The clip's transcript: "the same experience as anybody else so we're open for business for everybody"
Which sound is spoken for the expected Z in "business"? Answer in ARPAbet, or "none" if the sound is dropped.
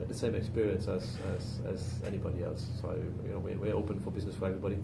Z